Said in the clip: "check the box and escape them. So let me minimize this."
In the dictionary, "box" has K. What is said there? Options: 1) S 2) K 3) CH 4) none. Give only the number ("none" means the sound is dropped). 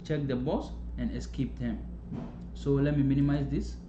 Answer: 4